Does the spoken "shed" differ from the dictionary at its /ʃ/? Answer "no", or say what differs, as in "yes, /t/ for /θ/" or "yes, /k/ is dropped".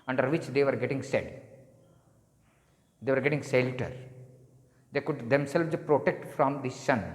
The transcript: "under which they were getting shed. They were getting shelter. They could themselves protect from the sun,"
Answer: yes, /s/ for /ʃ/